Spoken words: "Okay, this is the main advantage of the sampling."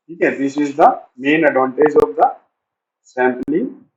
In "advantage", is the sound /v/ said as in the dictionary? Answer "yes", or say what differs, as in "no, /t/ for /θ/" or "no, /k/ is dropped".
no, /v/ is dropped